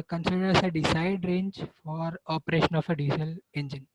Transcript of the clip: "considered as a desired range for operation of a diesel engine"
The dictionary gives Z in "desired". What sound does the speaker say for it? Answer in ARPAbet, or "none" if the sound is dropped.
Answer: S